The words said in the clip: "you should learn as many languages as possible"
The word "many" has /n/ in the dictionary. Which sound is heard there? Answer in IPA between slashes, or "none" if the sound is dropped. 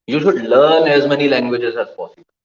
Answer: /n/